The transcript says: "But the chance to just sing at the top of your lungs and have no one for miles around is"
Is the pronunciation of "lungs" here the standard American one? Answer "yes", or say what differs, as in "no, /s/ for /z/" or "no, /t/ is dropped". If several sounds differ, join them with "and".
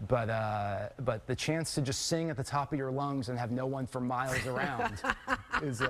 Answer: yes